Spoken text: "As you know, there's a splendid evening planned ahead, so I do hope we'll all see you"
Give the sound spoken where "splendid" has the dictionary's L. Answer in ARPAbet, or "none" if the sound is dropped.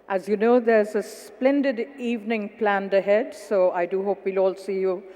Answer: L